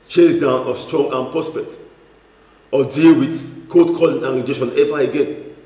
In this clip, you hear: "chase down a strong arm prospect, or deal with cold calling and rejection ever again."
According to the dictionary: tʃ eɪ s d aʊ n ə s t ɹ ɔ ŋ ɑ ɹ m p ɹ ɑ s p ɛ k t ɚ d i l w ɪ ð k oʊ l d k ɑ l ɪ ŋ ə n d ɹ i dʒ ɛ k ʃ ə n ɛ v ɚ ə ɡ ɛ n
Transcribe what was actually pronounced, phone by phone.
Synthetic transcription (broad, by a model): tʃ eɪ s d aʊ n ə s t ɹ ɔ ŋ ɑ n p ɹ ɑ s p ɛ t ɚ d i l w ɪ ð k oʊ d k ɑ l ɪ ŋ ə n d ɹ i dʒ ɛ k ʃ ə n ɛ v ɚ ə ɡ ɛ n